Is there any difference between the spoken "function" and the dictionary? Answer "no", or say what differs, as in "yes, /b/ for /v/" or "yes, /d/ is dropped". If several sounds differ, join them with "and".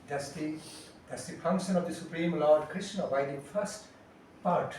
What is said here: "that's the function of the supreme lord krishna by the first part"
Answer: no